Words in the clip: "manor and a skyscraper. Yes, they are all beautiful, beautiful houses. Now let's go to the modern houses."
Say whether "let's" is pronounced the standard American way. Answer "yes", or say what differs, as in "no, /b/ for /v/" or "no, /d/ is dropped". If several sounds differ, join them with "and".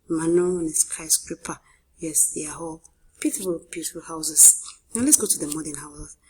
yes